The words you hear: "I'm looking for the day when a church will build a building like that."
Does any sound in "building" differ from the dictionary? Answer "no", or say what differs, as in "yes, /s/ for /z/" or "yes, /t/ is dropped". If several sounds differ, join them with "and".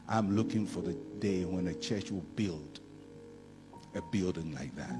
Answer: no